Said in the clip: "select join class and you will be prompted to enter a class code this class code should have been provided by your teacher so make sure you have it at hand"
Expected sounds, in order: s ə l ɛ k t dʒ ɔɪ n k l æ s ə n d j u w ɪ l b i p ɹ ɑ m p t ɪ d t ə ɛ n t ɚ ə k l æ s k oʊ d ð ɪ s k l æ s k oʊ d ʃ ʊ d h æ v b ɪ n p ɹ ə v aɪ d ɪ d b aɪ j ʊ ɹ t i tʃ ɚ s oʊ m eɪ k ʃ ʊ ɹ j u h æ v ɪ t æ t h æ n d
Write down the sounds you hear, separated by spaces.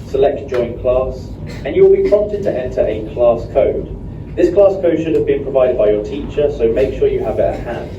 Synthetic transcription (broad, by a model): s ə l ɛ k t dʒ ɔɪ n k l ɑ s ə n j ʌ w ɪ l b i p ɹ ɑ m p t ɪ d t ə ɛ n t ɚ ə k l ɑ s k oʊ d ð ɪ s k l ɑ s k oʊ d ʃ ʊ d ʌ v b ɪ n p ɹ ə v aɪ d ɪ d b aɪ j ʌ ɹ t i tʃ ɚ s oʊ m eɪ k ʃ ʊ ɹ j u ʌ v ɪ t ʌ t h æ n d